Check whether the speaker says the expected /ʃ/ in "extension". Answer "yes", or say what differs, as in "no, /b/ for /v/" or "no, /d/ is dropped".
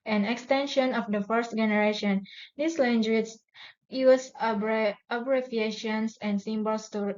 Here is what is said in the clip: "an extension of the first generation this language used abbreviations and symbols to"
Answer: yes